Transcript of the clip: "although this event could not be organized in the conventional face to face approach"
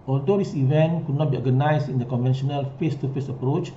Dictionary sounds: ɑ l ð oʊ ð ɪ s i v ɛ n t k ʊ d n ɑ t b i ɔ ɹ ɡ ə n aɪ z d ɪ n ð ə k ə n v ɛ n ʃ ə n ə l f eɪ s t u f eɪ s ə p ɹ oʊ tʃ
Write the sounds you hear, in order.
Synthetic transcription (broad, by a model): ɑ l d oʊ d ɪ s i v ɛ n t k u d n ɑ t b i ɔ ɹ ɡ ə n aɪ s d ɪ n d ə k ə n v ɛ n ʃ ə n ə l f eɪ s t u f eɪ s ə p ɹ oʊ tʃ